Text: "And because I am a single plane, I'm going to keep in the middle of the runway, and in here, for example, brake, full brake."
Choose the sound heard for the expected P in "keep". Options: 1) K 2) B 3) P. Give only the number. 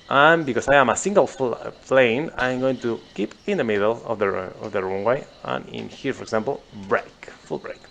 3